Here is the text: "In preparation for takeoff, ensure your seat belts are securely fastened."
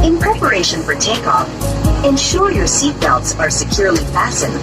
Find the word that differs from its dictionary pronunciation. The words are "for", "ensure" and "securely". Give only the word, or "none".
none